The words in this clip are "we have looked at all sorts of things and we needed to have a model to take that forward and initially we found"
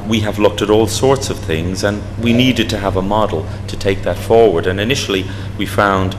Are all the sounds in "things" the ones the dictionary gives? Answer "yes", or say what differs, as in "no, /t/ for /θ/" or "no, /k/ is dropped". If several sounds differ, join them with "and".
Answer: yes